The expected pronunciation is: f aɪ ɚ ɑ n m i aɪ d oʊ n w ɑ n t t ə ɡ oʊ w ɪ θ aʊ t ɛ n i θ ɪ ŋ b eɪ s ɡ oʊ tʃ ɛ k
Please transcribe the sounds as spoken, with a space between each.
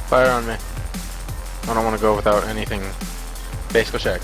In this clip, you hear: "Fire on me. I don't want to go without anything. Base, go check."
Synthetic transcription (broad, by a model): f aɪ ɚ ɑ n m i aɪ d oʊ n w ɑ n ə ɡ oʊ w ɪ θ aʊ t ɛ n i θ ɪ ŋ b eɪ s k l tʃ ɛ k